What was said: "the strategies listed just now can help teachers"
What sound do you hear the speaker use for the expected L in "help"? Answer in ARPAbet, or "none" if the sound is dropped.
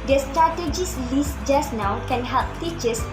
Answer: L